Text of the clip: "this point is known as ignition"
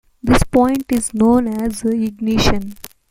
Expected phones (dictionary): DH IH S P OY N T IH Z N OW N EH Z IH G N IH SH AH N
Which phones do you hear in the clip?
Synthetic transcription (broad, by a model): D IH S P OY N T IH Z N OW N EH Z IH G N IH SH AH N